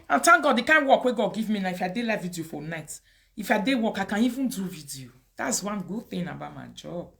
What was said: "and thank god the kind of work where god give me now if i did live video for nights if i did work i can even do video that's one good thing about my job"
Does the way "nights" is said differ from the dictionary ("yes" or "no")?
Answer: yes